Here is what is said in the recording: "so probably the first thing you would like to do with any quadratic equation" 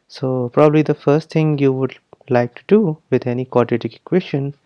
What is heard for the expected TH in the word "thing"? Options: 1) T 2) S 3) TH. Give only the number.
1